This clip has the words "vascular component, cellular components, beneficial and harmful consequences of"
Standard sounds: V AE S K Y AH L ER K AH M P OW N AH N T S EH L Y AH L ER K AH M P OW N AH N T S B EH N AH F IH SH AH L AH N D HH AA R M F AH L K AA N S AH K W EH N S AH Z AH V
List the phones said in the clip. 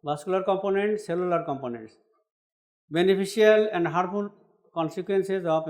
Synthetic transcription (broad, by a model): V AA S K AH L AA K AH M P OW N AH N T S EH L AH L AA K AH M P OW N AH N T S B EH N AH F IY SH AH L AH N D HH AA R F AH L K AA N S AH K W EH N S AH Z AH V